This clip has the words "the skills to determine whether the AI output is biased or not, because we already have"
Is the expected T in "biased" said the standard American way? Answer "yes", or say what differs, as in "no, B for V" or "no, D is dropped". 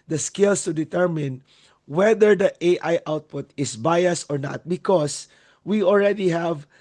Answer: no, T is dropped